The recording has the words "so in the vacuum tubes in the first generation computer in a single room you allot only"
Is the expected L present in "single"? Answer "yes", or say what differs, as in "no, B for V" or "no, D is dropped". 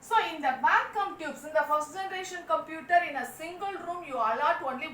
yes